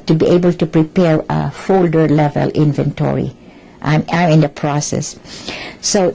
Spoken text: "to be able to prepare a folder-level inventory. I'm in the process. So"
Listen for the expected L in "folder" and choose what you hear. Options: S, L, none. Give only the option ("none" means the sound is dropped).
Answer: L